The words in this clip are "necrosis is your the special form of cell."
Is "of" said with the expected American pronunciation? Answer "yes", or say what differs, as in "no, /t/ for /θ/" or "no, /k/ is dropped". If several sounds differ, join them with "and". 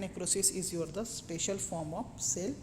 no, /p/ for /v/